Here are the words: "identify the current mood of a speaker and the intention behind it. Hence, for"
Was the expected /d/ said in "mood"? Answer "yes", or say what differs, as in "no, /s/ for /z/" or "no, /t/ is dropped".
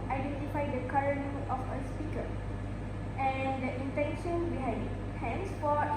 no, /d/ is dropped